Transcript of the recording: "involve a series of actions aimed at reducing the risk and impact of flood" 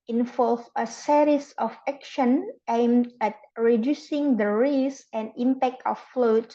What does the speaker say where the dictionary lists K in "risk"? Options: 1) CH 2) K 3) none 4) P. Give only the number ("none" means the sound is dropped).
3